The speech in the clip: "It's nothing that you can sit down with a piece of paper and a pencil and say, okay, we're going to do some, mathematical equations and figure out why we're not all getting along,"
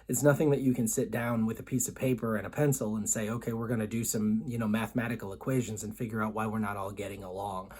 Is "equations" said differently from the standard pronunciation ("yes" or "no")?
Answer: no